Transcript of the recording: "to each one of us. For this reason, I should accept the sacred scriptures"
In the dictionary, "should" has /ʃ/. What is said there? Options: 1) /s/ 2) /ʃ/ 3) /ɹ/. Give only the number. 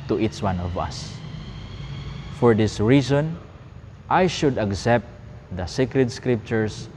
2